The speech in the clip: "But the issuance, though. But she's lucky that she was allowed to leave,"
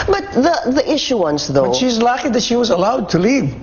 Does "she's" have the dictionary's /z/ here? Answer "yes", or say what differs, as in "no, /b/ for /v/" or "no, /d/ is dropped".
yes